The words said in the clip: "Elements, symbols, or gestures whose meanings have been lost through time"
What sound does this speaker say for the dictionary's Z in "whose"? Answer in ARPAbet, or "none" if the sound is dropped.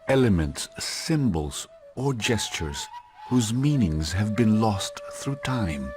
Z